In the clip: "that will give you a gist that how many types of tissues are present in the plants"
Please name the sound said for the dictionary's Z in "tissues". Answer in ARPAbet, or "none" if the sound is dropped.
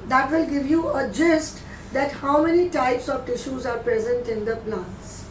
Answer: Z